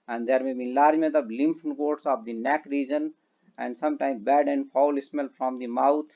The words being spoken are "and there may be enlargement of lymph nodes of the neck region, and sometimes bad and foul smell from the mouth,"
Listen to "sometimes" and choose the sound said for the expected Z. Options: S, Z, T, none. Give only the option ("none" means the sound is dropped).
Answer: none